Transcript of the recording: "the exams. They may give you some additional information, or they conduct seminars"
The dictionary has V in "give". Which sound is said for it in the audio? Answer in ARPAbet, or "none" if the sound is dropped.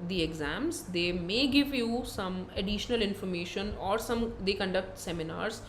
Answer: V